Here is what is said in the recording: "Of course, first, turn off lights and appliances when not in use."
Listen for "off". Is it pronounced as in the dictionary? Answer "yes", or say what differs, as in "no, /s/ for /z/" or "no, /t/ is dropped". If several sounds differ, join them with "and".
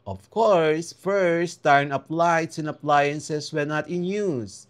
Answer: no, /p/ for /f/